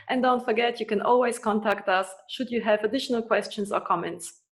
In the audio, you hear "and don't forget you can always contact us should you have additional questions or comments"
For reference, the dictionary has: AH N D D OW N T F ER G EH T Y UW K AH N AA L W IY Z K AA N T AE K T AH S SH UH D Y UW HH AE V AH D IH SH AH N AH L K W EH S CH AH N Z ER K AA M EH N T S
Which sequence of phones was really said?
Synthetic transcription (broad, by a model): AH N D D OW N T F ER G EH T Y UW K AH N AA L W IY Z K AA N T AE K T AH S SH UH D Y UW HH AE V AH D IH SH AH N AH L K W EH S CH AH N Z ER K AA M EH N T S